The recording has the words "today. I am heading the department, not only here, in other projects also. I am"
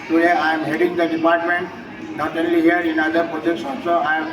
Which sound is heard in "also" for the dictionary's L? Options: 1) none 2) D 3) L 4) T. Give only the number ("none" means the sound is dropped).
1